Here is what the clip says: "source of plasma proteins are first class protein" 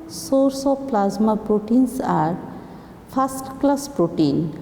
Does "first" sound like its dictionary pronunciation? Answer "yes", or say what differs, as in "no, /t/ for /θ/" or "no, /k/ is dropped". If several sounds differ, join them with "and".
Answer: no, /p/ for /f/